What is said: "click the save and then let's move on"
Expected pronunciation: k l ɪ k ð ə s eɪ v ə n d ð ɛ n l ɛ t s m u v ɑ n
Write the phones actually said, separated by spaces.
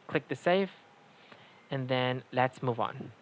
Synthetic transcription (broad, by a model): k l ɪ k ð ə s eɪ f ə n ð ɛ n l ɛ t s m u v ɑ n